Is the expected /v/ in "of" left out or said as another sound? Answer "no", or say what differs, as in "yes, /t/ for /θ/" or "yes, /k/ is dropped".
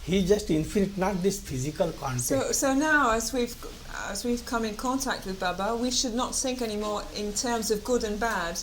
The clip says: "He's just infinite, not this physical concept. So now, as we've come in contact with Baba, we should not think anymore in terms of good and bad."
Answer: no